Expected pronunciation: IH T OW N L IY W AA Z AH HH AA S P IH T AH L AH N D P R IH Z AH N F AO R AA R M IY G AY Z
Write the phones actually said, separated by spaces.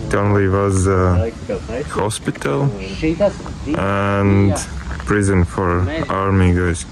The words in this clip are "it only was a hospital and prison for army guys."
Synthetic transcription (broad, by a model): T OW N L IY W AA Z AH HH AA S P IH T AH L AH N D P R IH Z AH N F AO R AA R M IY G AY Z